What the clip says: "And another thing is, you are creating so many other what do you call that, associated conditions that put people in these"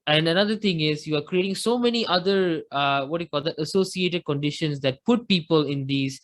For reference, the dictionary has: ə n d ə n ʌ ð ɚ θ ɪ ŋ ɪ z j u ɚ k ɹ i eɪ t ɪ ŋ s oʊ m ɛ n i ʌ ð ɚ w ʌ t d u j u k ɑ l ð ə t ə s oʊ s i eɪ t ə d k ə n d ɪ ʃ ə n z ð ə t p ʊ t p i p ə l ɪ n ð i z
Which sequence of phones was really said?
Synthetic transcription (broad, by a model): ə n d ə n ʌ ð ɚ t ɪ ŋ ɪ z j u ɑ k ɹ i eɪ t ɪ ŋ s oʊ m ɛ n i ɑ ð ɚ w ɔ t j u k ɑ l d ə t ə s oʊ s i eɪ t ə d k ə n d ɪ ʃ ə n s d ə t p ʊ t p i p ə l ɪ n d i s